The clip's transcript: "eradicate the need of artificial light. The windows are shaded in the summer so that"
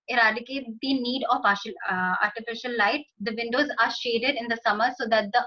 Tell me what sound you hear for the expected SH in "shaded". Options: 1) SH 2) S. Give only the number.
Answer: 1